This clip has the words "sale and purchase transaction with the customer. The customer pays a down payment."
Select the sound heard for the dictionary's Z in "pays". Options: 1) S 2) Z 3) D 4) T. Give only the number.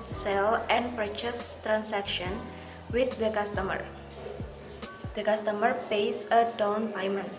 1